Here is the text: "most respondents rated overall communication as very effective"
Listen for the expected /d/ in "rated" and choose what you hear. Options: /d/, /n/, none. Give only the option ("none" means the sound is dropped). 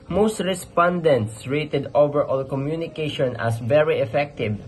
/d/